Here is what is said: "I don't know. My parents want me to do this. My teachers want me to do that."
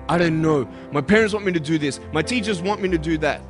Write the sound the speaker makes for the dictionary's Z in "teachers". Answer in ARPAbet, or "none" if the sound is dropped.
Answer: Z